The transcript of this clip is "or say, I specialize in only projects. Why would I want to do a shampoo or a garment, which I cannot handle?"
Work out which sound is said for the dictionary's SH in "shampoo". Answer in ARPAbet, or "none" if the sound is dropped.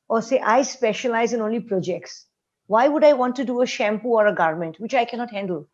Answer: SH